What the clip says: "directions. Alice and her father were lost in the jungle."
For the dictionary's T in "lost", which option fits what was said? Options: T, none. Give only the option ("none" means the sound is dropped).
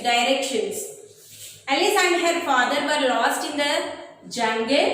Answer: T